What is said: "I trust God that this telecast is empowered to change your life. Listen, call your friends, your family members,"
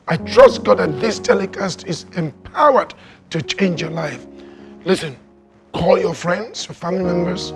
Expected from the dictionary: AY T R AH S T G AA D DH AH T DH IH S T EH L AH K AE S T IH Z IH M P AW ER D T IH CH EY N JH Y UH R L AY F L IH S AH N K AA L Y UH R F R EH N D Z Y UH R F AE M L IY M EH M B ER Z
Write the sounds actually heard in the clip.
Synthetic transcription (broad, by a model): AY T R AH S T G AA D DH AH T DH IH S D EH L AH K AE S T IH Z IH M P AW ER D T IH CH EY N JH Y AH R L AY F L IH S AH N K AA L Y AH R F R EH N D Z Y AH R F AE M L IY M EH M B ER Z